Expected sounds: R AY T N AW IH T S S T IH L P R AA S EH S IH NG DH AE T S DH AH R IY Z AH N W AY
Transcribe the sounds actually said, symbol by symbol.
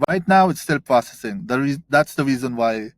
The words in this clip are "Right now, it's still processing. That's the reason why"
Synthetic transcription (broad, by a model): R AY T N AW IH T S S T IH L P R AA S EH S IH NG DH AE T S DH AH R IY Z AH N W AY